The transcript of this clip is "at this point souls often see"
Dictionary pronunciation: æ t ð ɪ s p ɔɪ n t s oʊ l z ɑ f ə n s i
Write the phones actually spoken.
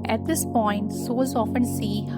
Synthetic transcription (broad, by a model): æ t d ɪ s p ɔɪ n t s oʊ z ɑ f ə n s i